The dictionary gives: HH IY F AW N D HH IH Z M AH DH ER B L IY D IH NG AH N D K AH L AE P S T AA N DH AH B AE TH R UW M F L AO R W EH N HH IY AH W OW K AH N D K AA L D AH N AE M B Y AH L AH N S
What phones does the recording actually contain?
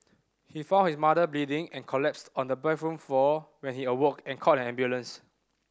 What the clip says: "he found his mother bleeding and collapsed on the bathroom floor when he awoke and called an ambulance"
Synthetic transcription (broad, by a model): HH IY F AW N HH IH S M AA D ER B L IY D IH NG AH N K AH L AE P S T AA N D AH B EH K R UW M F AO W EH N HH IY AH W OW K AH N K AA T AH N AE M B Y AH L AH N S